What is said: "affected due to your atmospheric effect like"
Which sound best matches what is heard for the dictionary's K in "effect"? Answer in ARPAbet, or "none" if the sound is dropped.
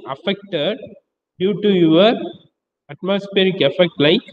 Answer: K